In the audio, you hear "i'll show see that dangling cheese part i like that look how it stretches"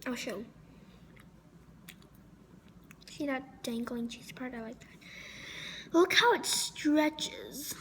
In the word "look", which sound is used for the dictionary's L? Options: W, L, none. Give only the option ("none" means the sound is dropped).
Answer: W